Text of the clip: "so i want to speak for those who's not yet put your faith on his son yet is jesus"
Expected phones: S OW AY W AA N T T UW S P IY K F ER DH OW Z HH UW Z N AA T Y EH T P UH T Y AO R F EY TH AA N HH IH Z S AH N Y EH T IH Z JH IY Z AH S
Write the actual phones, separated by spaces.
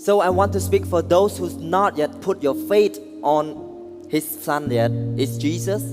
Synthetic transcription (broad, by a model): S OW AY W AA N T T UW S P IY K F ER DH OW S HH UW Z N AA T Y EH T P UH T Y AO F EY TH AA N HH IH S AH N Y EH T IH S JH IY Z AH S